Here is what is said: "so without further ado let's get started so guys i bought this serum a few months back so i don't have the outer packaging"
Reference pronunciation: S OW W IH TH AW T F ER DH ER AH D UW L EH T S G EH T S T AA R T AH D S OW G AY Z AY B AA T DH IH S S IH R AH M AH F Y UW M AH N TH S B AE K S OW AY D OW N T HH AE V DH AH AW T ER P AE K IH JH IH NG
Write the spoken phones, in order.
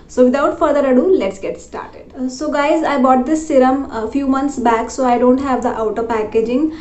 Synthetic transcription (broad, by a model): S OW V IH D AW T F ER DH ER AH D UW L EH T S G EH T S T AA R T AH D S OW G AY Z AY B AA T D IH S S IH R AH M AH F Y UW M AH N T S B AE K S OW AY D OW N T HH AE V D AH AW T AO P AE K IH JH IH NG